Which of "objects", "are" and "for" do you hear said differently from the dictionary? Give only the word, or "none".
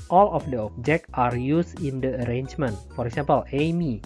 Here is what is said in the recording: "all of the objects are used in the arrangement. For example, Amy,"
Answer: objects